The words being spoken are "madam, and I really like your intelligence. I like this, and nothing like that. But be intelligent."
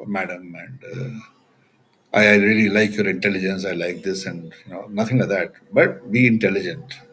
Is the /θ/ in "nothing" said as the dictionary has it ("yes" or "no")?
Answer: no